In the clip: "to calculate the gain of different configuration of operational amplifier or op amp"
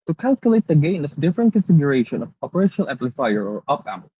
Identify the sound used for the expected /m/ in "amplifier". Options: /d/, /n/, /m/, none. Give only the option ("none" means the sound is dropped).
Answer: none